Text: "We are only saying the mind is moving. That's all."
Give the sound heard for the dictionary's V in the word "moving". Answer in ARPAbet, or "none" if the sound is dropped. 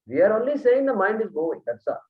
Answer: none